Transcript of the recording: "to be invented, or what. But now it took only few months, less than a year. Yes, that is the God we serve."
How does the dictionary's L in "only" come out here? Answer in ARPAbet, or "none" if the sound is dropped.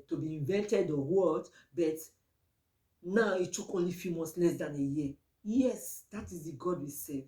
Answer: L